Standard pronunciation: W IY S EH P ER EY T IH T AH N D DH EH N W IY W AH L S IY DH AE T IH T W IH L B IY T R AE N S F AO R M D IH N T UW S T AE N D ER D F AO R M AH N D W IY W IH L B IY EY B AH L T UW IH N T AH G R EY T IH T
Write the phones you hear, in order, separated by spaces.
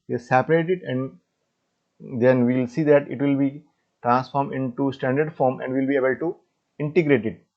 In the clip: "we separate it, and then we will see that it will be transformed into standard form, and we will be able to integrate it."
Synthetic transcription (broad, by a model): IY S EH P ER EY T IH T AH N D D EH N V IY L S IY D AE T IH T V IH L B IY T R AE N S F AO R M D IH N T UW S T AE N D ER D F AO R M AH N D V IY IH L B IY EY B AH L T UW IH N T AH G R EY T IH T